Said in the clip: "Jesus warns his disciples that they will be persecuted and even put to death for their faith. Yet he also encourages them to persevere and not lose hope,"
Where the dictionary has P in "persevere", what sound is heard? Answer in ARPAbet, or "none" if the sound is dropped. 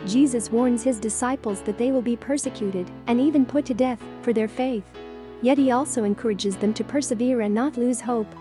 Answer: P